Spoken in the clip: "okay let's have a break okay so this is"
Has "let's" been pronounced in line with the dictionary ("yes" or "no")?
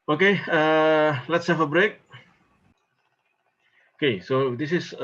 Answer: yes